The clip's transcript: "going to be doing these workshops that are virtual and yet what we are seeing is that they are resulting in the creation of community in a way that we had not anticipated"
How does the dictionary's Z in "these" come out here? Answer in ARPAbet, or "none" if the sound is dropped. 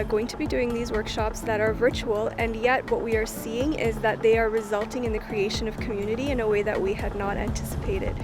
Z